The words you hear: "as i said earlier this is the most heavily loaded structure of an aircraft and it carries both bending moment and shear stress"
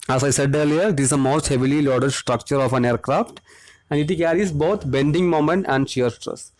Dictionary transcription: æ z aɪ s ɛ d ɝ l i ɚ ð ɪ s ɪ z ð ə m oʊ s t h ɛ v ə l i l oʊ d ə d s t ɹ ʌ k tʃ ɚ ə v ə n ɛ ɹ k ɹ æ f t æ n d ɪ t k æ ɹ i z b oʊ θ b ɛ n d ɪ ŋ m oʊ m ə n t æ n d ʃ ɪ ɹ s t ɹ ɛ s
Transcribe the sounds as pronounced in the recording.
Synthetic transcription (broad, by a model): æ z aɪ s ɛ d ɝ l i ɚ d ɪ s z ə m oʊ s t h ɛ v ə l i l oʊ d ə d s t ɹ ʌ k tʃ ɚ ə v ə n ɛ ɹ k ɹ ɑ f t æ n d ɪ t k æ ɹ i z b oʊ t b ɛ n d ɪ ŋ m oʊ m ə n t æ n d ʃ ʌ ɹ s t ɹ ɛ s